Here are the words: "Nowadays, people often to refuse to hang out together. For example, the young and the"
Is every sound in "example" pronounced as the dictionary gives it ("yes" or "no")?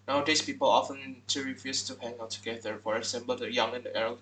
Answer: no